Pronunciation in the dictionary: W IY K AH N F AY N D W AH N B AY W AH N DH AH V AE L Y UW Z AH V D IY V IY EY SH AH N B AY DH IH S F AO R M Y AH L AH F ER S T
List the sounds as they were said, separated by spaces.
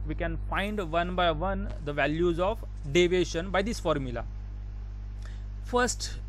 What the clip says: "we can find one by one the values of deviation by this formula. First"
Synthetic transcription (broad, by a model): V IY K AH N F AY N D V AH N B AY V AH N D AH V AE L Y UW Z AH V D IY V EY SH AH N B AY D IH S F AO R M Y AH L AH F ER S T